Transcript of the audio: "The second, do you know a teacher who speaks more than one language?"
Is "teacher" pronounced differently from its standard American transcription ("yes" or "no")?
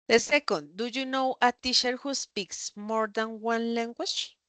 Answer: yes